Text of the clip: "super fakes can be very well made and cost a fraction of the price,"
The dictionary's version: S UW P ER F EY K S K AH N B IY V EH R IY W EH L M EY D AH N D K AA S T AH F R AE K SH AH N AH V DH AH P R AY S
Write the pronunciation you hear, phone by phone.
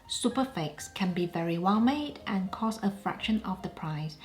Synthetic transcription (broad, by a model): S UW P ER F EY K S K AH N B IY V EH R IY W EH L M EY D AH N K AA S AH F R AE K SH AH N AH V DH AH P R AY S